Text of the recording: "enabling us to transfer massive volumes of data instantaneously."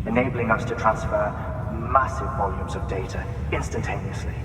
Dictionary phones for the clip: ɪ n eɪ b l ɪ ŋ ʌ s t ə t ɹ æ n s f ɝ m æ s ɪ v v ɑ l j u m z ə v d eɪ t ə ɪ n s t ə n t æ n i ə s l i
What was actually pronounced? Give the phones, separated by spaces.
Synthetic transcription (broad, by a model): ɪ n eɪ b l ɪ ŋ ʌ s t ə t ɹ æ n s f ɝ m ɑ s ɪ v v ɑ l j u m z ə v d eɪ t ə ɪ n s t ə n t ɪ n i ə s l i